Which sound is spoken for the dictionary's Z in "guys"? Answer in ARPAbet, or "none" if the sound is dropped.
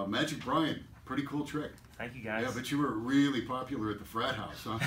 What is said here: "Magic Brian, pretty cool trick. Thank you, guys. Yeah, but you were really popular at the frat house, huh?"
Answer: none